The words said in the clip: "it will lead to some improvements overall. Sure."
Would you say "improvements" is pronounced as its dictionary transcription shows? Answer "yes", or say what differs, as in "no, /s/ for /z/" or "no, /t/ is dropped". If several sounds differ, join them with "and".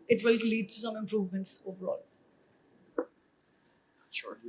yes